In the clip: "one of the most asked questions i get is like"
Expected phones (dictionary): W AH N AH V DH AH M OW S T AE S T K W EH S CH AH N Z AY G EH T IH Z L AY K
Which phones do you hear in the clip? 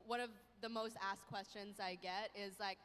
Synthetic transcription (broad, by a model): W AH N AH V DH AH M OW S T AE S K W EH S CH AH N Z AY G EH T IH Z L AY K